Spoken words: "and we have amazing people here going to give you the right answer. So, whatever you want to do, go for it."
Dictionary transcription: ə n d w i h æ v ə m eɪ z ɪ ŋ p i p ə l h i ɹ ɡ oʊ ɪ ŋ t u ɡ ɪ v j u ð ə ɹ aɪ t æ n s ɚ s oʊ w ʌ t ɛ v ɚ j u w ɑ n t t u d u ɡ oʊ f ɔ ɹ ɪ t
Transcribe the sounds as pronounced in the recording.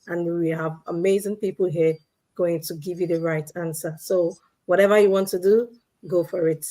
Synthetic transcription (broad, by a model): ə n w i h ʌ v ə m eɪ z ɪ ŋ p i p l h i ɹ ɡ oʊ ɪ ŋ t u ɡ ɪ v j u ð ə ɹ aɪ t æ n s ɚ s oʊ w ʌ t ɛ v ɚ j u w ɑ n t t u d u ɡ oʊ f ɔ ɹ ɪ t